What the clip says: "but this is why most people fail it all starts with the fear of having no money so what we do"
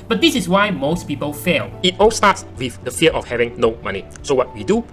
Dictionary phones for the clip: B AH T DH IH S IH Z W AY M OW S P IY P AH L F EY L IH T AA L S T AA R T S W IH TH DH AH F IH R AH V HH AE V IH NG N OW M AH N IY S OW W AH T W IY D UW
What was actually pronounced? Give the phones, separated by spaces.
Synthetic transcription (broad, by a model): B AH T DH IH S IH S W AY M OW S P IY P AH L F EY L IH T AA L S T AA T S W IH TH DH AH F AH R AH F HH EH V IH NG N OW M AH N IY S OW W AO T W IY D UW